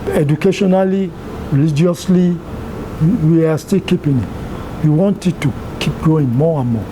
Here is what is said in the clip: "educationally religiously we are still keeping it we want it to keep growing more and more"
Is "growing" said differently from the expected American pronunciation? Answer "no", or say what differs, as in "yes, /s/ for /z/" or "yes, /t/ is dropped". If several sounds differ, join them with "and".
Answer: yes, /ɹ/ is dropped